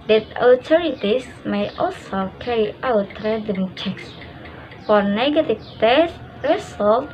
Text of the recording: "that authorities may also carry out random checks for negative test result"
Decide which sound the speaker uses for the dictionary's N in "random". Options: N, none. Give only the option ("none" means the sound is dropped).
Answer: none